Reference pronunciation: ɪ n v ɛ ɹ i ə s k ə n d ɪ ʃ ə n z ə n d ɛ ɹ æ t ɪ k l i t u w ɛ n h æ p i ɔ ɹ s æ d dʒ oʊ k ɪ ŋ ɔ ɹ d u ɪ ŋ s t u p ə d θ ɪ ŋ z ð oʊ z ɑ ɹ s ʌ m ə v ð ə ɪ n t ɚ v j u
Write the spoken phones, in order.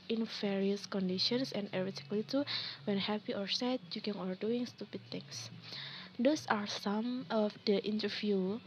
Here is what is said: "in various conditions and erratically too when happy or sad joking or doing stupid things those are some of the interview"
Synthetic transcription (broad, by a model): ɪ n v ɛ ɹ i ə s k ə n d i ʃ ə n s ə n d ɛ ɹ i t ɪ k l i t u w ɛ n h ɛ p i ɔ ɹ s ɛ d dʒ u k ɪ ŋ ɔ ɹ d u ɪ ŋ s t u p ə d t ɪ ŋ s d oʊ s ɑ ɹ s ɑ m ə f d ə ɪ n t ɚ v j u